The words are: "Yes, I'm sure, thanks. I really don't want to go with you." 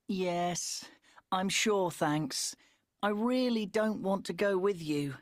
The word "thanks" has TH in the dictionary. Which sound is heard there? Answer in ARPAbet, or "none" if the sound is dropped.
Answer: TH